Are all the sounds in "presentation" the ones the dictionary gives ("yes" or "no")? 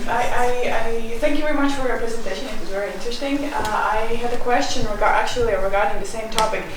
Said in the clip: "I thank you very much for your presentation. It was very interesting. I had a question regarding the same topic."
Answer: yes